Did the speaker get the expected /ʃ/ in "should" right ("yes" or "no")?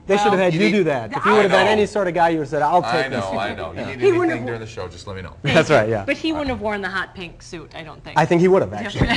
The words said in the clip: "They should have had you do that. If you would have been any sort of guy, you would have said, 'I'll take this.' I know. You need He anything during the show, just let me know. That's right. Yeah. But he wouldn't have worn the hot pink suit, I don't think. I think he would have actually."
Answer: yes